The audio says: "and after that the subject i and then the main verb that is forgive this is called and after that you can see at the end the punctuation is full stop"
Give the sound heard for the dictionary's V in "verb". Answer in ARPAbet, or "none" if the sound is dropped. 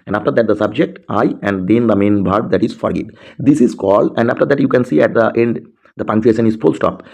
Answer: B